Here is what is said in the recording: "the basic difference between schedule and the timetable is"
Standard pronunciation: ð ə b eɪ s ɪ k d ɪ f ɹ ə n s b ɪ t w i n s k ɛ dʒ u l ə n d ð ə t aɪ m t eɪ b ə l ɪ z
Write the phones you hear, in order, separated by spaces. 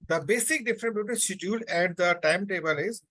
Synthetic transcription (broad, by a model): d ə b eɪ s ɪ k d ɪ f ɹ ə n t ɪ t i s ɪ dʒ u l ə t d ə t aɪ m t eɪ b ə l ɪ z